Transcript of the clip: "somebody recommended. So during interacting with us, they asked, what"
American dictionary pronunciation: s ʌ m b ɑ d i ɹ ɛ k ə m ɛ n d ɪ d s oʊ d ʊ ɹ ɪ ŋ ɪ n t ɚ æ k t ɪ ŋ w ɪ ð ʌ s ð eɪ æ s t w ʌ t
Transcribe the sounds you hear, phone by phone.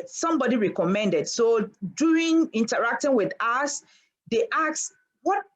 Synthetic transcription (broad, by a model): s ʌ m b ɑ d i ɹ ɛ k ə m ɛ n d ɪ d s oʊ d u ɪ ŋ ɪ n t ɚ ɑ k t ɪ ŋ w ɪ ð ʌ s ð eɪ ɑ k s w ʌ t